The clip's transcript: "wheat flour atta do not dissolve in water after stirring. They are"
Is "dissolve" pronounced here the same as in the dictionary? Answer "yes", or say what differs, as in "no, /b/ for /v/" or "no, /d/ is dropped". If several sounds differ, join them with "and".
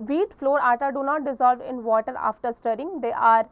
yes